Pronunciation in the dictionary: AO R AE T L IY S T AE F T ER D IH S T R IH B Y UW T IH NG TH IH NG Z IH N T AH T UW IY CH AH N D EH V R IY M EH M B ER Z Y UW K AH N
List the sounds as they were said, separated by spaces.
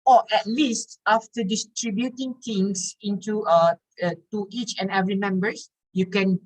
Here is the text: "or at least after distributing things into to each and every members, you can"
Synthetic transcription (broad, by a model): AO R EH T L IY S T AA F T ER D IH S T R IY B Y UW T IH NG T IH NG S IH N T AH T UW IY CH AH N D EH V R IY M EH M B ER S Y UW K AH N